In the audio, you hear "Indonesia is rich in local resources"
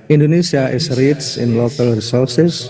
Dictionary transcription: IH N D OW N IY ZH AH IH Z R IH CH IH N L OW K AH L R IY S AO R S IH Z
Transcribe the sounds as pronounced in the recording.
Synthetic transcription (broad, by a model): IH N D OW N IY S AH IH S R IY S IH N L OW K AH L R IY S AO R S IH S